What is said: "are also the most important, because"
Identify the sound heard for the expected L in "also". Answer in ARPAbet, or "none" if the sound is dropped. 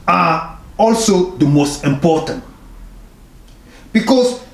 L